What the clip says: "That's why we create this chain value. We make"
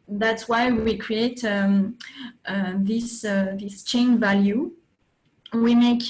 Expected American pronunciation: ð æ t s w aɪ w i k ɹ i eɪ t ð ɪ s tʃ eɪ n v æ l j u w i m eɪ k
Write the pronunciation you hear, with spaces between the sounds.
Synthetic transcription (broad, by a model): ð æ t s w aɪ w i k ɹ i eɪ t ð ɪ s tʃ eɪ n v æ l j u w i m eɪ k